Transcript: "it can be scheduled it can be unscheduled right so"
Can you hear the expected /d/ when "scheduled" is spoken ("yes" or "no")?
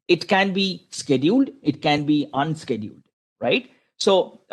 yes